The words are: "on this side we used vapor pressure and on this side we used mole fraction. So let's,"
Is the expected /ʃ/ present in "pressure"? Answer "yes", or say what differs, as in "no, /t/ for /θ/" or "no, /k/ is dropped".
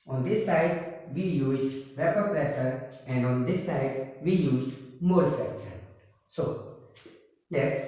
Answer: no, /s/ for /ʃ/